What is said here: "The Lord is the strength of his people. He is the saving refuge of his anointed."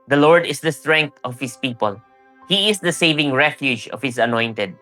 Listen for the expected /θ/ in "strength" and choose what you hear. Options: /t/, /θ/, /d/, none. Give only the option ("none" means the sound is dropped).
/t/